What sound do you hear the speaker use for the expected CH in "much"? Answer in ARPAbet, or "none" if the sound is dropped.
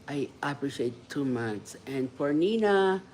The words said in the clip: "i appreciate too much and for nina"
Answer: S